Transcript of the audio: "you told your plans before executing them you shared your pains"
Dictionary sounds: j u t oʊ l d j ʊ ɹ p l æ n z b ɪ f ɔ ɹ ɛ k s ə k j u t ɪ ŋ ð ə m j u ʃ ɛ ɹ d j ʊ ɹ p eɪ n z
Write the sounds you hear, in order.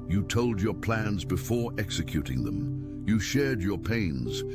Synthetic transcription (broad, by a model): j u t oʊ l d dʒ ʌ ɹ p l æ n z b ɪ f ɔ ɹ ɛ k s ə k j u t ɪ ŋ ð ə m j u ʃ ɛ ɹ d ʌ ɹ p eɪ n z